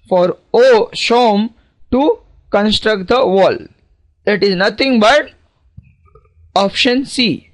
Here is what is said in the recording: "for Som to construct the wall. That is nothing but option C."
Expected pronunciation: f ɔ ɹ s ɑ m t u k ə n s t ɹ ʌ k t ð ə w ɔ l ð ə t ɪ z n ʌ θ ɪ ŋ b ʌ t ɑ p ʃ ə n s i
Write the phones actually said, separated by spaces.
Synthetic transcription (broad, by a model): f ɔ ɹ ʃ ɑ m t u k ə n s t ɹ ʌ k t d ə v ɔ l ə t ɪ z n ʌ t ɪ ŋ b ʌ t ɑ p ʃ ə n s i